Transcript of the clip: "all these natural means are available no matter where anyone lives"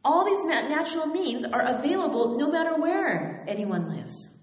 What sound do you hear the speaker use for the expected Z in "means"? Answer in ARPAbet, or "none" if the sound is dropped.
Z